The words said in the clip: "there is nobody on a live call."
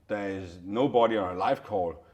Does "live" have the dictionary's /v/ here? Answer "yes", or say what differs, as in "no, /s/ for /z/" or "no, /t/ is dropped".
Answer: no, /f/ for /v/